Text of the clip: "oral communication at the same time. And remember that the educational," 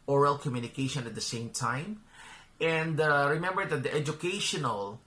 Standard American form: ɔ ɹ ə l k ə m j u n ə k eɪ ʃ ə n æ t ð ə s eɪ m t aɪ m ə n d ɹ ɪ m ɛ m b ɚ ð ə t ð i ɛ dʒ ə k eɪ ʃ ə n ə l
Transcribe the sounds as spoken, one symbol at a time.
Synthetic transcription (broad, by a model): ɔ ɹ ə l k ə m j u n ə k eɪ ʃ ə n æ t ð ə s eɪ m t aɪ m ə n d ɹ ɪ m ɛ m b ɚ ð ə t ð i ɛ dʒ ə k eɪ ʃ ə n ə l